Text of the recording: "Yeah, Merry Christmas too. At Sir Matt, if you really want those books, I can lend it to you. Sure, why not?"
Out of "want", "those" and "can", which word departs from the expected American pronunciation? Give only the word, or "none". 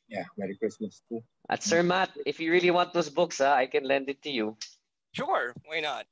those